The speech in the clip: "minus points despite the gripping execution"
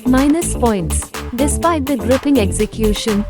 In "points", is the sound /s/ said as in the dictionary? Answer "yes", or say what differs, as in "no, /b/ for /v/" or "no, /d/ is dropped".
yes